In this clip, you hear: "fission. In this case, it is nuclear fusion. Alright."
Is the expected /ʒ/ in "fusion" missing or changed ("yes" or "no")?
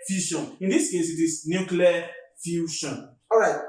yes